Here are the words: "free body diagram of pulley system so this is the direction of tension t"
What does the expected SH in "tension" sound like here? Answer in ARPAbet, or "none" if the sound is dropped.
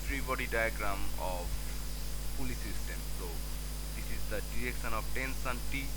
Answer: S